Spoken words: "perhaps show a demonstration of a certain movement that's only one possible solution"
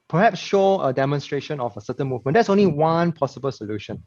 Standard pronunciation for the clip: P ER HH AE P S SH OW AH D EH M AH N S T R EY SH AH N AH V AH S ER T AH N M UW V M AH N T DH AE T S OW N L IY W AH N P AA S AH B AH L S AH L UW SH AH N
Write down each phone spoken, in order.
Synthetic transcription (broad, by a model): P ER HH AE P S SH OW AH D EH M AH N S T R EY SH AH N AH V AH S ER T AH N M UW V M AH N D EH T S OW N L IY W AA N P AA S AH B AH L S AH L UW SH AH N